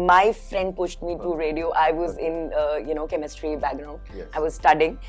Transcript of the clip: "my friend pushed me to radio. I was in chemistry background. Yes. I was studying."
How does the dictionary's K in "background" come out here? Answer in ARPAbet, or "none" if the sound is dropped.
none